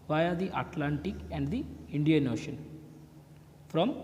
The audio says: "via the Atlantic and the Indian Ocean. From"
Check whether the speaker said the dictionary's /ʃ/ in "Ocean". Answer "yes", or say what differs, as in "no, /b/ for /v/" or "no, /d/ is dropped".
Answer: yes